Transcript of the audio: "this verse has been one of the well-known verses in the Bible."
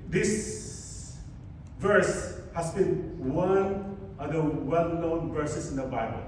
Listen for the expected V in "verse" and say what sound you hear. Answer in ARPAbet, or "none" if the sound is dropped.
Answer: V